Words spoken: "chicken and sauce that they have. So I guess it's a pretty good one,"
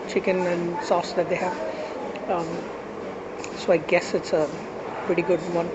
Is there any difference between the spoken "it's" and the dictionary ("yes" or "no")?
no